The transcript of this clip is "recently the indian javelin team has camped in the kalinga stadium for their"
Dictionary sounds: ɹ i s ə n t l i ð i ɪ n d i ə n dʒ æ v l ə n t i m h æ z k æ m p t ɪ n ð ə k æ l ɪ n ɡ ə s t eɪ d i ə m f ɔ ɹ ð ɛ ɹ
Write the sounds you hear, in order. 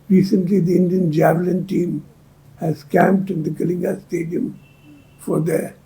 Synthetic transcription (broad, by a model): ɹ i s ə n t l i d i ɪ n d i ə n dʒ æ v l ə n t i m h æ z k æ m p t ɪ n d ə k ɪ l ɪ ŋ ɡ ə s t eɪ d i ə m f ɔ ɹ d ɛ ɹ